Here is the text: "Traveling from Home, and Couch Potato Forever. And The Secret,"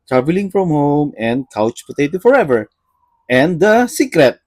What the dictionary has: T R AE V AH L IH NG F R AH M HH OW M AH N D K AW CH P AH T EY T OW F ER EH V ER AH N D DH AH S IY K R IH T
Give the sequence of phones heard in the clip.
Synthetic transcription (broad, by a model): T R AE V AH L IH NG F R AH M HH OW M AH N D K AW CH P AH T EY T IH F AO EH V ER AH N D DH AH S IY K R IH T